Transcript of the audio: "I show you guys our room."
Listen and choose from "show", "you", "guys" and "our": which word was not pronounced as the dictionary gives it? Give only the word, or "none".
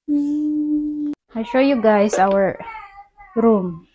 guys